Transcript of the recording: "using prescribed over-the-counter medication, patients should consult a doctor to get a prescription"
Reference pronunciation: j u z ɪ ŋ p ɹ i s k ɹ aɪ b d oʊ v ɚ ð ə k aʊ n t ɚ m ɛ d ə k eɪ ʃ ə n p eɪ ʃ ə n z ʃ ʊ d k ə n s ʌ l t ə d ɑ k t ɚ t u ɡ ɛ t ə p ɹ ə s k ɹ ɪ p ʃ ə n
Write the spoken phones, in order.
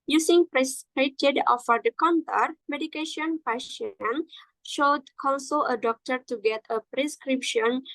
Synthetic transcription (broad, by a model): j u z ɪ ŋ p ɹ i s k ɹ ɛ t d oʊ f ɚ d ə k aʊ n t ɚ m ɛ d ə k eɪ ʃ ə n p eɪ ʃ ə n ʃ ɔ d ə l s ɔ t ə d ɑ k t ɚ t u ɡ ɛ t ə p ɹ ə s k ɹ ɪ p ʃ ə n